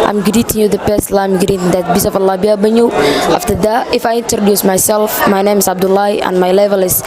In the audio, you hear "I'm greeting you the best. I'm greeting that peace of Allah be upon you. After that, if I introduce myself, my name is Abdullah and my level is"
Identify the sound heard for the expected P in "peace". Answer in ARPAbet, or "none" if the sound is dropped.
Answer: B